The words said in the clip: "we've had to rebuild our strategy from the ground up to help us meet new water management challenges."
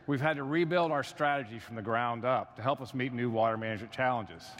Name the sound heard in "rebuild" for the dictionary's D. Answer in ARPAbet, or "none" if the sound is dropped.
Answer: D